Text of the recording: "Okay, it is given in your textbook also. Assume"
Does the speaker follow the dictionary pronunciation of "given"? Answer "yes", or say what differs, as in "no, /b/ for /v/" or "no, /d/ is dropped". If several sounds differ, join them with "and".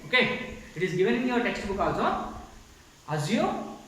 yes